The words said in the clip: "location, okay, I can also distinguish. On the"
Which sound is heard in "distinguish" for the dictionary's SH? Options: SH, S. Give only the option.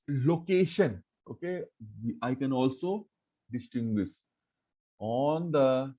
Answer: S